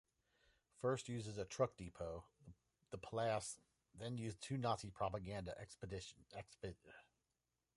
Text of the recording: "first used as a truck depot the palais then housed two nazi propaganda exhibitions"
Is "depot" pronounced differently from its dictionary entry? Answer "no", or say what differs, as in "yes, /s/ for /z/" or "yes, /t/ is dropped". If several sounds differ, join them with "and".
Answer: no